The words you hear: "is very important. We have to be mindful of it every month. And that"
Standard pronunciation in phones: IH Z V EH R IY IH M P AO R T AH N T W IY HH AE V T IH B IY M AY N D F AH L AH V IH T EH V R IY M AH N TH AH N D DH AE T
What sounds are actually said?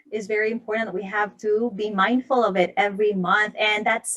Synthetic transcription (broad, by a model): IH Z V EH R IY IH M P AO R T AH T W IY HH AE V T IH B IY M AY N D F AH L AH V IH T EH V R IY M AH N TH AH N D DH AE T